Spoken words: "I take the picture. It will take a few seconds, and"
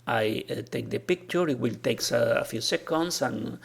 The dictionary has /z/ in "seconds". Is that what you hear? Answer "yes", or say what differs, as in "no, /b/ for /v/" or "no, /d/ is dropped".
no, /s/ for /z/